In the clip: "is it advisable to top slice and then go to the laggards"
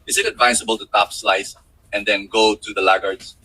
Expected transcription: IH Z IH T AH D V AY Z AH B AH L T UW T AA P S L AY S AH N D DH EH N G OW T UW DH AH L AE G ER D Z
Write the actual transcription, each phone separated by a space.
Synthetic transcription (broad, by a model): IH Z IH T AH D V AY S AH B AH L T UW T AA P S L AY S AH N D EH N G OW T UW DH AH L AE G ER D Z